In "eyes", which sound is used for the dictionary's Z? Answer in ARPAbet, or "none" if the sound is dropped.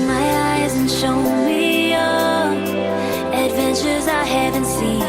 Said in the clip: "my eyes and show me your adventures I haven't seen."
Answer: Z